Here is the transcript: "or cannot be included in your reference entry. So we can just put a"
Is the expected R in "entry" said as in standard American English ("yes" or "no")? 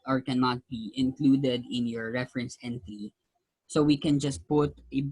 no